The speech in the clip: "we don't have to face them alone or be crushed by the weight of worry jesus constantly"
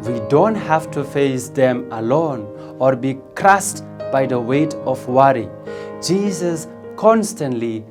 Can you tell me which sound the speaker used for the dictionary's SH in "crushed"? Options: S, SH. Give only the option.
S